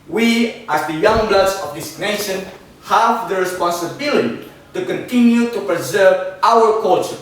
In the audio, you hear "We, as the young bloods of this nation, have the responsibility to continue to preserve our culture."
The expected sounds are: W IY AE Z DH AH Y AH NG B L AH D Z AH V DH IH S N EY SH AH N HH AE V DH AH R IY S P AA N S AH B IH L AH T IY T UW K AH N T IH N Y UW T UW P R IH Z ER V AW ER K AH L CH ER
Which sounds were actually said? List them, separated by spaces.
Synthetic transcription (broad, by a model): W IY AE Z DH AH Y AH NG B L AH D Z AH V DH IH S N EY SH AH N HH AE V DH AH R IY S P AA N S AH B IH L AH T IY T UW K AH N T IH N Y UW T UW P R IH Z ER V AW ER K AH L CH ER